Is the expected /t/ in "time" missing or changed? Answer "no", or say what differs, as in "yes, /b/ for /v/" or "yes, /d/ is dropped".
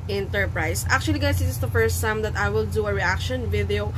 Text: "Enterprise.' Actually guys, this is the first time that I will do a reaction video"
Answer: yes, /s/ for /t/